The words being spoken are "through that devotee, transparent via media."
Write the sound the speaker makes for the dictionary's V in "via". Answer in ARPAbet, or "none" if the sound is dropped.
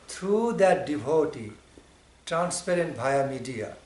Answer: B